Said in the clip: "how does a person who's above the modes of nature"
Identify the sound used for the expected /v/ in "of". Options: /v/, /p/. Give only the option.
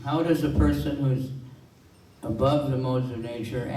/v/